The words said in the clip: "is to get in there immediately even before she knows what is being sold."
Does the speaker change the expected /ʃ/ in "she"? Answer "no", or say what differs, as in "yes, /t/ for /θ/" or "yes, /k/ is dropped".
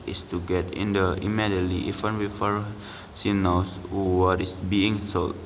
yes, /s/ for /ʃ/